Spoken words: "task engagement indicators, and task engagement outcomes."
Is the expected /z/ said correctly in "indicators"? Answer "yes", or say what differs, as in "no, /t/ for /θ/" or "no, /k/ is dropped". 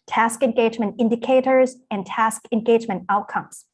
yes